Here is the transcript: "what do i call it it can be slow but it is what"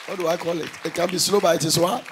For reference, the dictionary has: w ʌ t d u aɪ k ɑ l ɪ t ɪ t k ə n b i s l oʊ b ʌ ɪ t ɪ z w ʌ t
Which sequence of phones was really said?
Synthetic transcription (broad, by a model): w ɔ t d u aɪ k ɑ l ɪ t ɪ t k ə n b i s l oʊ b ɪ ɪ t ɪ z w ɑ